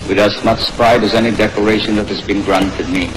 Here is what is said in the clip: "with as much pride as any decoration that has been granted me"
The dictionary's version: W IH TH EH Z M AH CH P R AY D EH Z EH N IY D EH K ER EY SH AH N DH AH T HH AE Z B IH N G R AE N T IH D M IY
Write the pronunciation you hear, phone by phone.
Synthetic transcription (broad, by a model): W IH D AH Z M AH S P R AY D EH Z EH N IY D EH K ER EY SH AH N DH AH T HH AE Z B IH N G R AE N T IH D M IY